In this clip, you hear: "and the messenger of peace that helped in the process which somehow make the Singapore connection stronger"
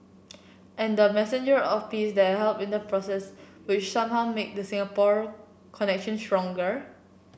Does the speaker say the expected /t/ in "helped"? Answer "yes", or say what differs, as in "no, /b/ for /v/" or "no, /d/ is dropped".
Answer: no, /t/ is dropped